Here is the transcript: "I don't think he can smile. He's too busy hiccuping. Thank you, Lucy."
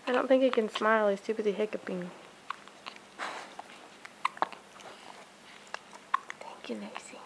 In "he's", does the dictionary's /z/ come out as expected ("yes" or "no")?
no